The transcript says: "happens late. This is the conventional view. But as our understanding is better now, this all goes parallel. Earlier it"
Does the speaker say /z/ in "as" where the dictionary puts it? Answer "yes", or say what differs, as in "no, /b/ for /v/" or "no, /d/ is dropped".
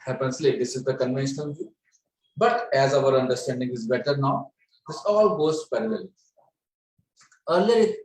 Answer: yes